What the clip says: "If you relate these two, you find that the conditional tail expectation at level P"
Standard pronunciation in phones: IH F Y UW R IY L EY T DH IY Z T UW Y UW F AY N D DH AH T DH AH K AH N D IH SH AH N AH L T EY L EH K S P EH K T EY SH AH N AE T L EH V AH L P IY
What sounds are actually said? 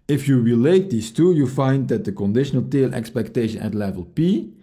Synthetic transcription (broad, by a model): IH F Y UW R IY L EY T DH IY S T UW Y UW F AY N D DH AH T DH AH K AH N D IH SH AH N AH L T EY L EH K S P EH K T EY SH AH N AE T L EH V AH L P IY